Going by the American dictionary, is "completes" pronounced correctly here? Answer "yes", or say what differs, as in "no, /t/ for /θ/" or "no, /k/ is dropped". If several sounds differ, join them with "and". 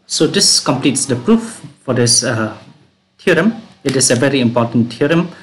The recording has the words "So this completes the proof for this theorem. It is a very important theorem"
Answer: yes